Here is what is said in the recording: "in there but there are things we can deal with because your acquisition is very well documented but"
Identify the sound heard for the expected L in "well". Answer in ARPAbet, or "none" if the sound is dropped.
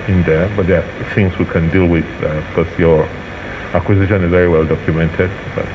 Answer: L